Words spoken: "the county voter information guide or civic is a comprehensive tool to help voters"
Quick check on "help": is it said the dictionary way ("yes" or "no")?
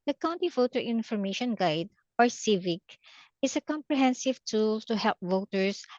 yes